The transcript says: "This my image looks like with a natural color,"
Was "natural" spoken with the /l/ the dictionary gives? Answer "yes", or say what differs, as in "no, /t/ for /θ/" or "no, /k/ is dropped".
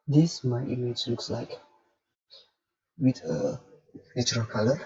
no, /n/ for /l/